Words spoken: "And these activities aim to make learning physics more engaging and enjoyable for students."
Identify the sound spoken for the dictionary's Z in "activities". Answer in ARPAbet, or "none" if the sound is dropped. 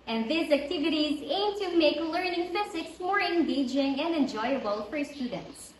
Z